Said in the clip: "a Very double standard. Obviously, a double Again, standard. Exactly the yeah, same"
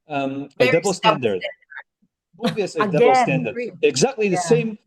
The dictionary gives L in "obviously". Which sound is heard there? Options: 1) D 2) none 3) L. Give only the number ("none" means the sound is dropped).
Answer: 2